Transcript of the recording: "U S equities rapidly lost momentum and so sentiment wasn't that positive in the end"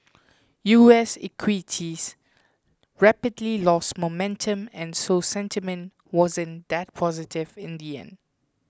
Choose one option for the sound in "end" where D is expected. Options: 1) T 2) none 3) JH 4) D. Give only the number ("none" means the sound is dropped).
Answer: 2